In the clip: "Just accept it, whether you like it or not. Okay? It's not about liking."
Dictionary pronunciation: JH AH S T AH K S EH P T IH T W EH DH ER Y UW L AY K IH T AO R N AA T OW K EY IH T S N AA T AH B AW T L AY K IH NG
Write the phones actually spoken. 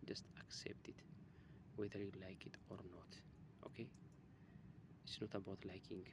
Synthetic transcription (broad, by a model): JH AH S T AH K S EH P T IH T W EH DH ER Y UW L AY K IH T AO R N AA T OW K EY IH T S N AA T AH B AW T L AY K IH NG